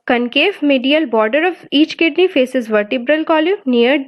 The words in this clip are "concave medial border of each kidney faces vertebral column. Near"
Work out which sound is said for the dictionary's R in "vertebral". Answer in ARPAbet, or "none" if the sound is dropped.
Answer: R